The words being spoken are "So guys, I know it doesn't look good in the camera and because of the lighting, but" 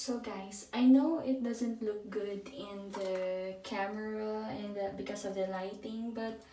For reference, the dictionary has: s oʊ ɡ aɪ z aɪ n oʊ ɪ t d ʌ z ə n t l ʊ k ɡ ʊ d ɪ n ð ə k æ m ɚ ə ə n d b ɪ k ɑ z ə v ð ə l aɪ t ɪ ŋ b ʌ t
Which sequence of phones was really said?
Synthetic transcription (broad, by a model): s oʊ ɡ aɪ s aɪ n oʊ ɪ t d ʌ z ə n t l ʊ k ɡ ʊ d ɪ n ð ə k æ m ɚ ə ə n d b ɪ k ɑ s ə v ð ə l aɪ t ɪ ŋ b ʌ t